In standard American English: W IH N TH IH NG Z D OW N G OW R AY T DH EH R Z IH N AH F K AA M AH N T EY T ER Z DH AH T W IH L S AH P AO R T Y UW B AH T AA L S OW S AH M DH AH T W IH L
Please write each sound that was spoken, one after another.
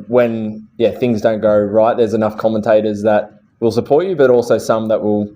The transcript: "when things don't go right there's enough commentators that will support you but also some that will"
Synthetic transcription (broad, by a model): W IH N TH IH NG Z D OW N G OW R AY T DH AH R Z IH N AH F K AA M AH N T EY T ER Z DH AH T W IH L S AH P AO R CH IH B AH T AA L S OW S AH M DH AH T W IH L